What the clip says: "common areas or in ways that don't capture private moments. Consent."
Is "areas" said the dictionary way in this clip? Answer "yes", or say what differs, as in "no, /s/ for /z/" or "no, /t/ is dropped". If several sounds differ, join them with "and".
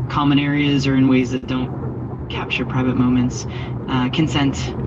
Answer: yes